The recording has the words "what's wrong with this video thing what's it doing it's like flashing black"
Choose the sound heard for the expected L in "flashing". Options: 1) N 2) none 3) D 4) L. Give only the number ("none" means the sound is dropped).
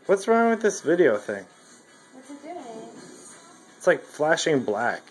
4